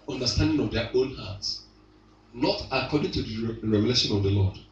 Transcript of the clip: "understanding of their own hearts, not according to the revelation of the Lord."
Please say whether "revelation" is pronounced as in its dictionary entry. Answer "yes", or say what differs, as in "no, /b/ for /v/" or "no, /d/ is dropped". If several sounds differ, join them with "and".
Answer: yes